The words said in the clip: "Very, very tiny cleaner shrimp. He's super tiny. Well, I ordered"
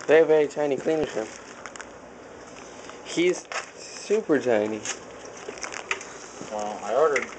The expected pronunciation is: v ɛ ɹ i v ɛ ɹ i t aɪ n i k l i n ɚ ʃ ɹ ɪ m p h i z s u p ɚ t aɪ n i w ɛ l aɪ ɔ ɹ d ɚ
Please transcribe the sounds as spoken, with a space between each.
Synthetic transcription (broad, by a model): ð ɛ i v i t aɪ n i k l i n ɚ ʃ ɪ p h i z s u p ɚ t aɪ n i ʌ aɪ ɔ ɹ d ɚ